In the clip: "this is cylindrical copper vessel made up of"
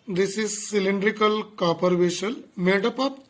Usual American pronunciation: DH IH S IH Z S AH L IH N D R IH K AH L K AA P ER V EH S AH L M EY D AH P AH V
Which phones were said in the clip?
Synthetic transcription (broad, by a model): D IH S IH Z S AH L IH N D R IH K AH L K AA P ER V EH SH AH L M EY D AH P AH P